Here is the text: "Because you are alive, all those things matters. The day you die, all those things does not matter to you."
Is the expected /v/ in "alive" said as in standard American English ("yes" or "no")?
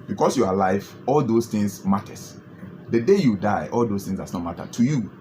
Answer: no